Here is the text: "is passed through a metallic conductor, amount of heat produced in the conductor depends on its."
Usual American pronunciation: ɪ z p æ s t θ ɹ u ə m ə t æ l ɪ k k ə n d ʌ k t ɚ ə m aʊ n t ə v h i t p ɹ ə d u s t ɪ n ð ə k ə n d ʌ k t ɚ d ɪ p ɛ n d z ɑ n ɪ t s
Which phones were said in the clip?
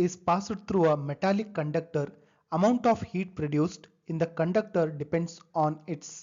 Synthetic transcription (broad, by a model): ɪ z p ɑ s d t ɹ u ə m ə t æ l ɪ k k ə n d ʌ k t ɚ ə m aʊ n t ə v h i t p ɹ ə d u s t ɪ n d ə k ə n d ʌ k t ɚ d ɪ p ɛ n d s ɑ n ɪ t s